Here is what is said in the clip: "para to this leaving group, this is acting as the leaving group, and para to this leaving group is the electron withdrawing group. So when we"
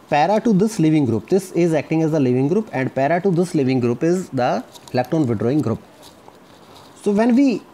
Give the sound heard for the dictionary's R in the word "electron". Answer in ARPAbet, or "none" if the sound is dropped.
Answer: none